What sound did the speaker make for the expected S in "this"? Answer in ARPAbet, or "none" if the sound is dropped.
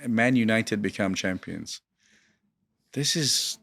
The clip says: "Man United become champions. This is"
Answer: S